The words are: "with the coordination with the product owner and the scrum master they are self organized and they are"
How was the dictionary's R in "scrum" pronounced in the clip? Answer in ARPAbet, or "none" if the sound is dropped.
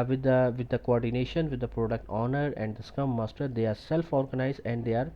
none